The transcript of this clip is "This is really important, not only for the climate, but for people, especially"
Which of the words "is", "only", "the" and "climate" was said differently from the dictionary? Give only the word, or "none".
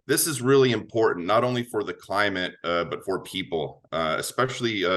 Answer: none